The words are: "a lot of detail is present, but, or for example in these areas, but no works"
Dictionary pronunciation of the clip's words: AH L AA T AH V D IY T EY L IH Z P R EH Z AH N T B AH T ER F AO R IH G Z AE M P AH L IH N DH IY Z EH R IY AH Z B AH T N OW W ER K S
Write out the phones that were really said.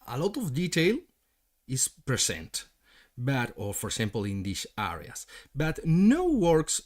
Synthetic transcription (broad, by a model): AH L AA T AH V D IY T EY L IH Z P R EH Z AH N T B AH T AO F AO R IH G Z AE M P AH L IH N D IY S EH R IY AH S B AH T N OW W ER K S